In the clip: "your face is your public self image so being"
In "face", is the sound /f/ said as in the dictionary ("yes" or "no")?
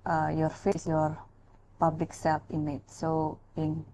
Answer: yes